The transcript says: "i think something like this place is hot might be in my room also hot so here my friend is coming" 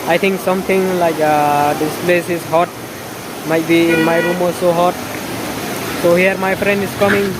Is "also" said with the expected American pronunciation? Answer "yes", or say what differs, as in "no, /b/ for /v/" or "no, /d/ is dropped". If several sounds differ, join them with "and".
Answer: no, /l/ is dropped